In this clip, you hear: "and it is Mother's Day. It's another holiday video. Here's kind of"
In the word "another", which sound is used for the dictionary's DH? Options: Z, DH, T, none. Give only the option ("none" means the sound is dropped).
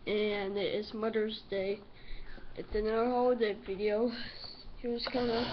none